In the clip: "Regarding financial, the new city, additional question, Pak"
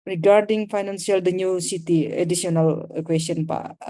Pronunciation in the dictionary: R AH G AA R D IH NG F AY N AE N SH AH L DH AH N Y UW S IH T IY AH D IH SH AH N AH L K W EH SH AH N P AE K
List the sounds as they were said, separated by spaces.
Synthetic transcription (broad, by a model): R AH G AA R D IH NG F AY N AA N S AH L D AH N Y UW S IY T IY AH D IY S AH N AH L K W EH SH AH N P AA